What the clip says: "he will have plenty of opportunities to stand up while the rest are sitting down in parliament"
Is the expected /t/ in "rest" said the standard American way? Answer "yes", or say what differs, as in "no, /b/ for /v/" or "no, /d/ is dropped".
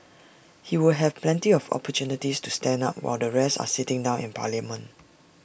no, /t/ is dropped